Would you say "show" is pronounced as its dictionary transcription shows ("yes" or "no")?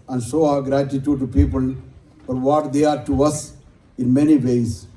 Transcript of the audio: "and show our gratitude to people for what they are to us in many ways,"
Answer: no